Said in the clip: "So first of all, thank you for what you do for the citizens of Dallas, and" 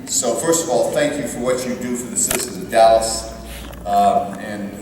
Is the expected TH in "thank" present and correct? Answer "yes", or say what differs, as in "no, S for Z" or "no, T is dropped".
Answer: yes